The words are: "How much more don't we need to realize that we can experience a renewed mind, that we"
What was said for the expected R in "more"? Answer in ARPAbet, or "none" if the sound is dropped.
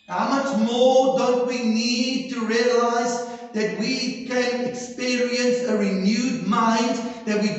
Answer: R